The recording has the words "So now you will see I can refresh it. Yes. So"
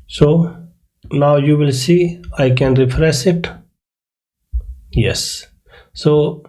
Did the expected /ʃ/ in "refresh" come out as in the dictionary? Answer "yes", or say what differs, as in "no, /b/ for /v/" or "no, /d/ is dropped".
no, /s/ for /ʃ/